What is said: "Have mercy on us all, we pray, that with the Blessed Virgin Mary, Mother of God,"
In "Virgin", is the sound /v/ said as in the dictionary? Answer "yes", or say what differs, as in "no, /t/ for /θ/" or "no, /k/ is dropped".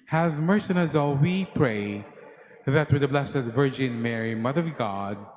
yes